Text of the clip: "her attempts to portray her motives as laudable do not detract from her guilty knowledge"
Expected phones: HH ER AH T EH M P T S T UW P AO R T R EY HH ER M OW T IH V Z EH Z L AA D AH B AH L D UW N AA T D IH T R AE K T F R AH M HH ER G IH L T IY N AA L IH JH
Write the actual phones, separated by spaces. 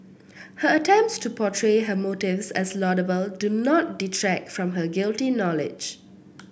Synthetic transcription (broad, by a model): HH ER AH T EH M P T S T UW P AO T R EY HH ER M OW T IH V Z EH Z L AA D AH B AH L D UW N AA T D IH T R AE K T F R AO M HH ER G IH L T IY N AA L IH JH